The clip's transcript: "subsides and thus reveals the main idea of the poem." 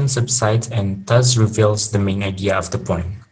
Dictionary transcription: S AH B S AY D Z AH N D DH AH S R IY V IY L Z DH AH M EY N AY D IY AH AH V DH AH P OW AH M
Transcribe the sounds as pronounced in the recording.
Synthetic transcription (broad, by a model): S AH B S AY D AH N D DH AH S R IY V IY L Z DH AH M EY N AY D IY AH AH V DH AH P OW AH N